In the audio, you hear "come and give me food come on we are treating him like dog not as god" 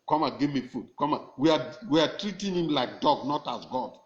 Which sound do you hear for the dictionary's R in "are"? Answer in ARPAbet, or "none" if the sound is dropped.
W